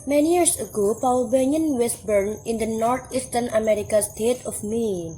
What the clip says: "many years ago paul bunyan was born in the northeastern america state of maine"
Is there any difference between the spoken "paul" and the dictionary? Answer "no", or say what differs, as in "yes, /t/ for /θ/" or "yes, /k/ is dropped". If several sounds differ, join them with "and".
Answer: yes, /w/ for /l/